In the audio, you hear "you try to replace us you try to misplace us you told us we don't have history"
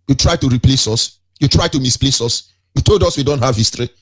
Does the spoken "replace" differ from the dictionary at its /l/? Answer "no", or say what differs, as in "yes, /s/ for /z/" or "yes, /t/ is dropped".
no